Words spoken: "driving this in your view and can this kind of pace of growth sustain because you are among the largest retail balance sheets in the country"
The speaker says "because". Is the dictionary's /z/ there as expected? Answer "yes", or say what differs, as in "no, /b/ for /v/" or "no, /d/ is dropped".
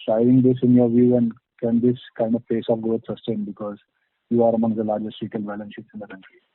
yes